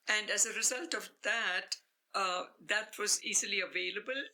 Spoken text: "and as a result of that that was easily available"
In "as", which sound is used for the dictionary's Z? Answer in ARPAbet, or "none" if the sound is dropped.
Z